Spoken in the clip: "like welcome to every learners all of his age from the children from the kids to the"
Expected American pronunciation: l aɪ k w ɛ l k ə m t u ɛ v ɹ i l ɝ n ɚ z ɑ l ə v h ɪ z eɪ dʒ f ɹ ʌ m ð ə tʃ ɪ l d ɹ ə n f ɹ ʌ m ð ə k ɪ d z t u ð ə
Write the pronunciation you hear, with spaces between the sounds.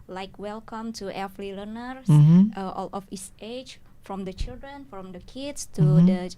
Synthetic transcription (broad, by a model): l aɪ k w ɛ l k ə m t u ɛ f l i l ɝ n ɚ s ɑ l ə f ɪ s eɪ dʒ f ɹ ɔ m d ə tʃ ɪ l d ɹ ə n f ɹ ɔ m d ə k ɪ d s t u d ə